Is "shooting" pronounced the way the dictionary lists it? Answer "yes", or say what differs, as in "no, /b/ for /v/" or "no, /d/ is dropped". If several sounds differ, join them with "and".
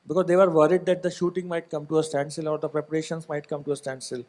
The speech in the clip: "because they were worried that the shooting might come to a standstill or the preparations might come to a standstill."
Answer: yes